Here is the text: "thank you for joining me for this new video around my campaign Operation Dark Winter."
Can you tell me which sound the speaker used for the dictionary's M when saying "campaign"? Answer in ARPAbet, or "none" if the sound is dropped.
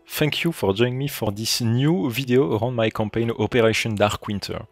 M